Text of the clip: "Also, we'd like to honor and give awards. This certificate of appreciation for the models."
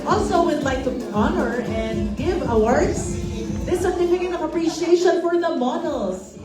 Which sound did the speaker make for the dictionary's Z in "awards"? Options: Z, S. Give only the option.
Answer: S